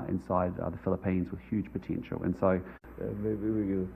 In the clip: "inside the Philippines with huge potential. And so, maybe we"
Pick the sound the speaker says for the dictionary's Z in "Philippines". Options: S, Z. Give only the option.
Z